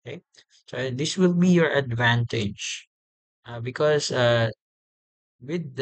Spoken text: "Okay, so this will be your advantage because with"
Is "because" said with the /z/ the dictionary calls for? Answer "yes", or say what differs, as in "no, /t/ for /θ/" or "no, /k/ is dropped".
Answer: no, /s/ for /z/